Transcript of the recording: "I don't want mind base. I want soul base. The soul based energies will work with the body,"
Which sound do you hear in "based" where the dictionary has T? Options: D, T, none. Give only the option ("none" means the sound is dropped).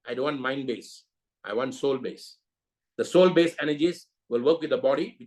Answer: none